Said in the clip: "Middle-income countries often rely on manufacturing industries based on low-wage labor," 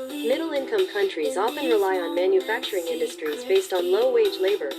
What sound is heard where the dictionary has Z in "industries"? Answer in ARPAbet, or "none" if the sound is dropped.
Z